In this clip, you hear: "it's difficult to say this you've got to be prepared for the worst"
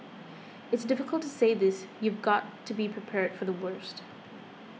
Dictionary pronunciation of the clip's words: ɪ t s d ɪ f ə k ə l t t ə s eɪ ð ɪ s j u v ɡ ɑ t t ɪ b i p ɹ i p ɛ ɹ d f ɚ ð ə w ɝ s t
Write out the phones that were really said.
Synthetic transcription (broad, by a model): ɪ t s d ɪ f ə k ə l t t ə s eɪ ð ɪ s j u v ɡ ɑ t t ɪ b i p ɹ i p ɛ ɹ d f ɚ ð ə w ɝ s t